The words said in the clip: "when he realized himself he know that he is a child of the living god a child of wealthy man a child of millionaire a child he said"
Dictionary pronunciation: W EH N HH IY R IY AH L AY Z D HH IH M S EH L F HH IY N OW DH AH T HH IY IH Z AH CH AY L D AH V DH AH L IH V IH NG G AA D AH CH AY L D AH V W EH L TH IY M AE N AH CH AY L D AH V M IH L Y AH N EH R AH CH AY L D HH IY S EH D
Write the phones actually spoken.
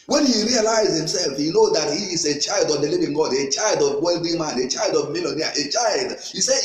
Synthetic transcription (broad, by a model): W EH N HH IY R IY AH L AY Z HH IH M S EH L F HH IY N OW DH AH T HH IY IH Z AH CH AY L D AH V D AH L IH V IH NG G AA D AH CH AY L D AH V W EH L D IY M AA N AH CH AY L D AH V M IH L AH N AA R AH CH AY L D HH IY S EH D